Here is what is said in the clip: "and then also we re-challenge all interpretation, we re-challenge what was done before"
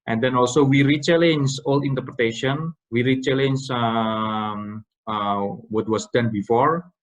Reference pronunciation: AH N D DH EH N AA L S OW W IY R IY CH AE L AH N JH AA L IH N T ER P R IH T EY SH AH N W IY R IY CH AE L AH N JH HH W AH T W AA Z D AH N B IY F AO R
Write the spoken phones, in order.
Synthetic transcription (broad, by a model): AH N D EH N AA L S OW W IY R IY CH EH L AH N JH AA L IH N T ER P R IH T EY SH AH N W IY R IY CH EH L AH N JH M W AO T W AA S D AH N B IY F AO R